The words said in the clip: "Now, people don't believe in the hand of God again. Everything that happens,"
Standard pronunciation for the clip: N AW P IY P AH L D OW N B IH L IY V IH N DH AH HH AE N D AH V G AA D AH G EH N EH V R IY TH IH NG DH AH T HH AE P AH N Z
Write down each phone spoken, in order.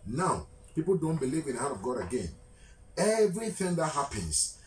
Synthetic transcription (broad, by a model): N AW P IY P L D OW N B IH L IY V IH N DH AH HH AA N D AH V G AA D AH G EH N EH V R IY TH IH NG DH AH T HH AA P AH N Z